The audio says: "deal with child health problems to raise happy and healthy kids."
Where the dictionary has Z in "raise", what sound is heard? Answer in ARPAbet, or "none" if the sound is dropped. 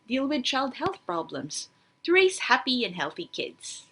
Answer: S